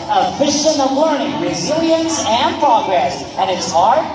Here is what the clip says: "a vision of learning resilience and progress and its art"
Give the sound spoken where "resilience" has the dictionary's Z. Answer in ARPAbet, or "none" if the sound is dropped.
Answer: Z